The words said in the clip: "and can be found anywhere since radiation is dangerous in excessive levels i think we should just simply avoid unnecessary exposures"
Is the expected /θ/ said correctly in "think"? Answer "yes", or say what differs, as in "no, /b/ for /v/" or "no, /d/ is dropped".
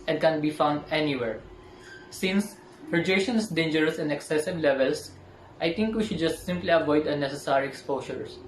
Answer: no, /t/ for /θ/